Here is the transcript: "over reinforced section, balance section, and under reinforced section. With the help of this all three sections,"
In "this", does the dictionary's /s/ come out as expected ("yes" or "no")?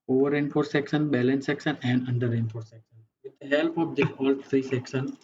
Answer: no